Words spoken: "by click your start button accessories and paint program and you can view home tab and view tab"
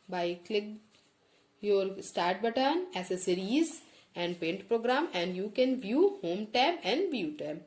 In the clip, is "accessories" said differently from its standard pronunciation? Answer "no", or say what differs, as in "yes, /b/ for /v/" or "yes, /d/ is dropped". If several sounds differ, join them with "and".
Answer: yes, /k/ is dropped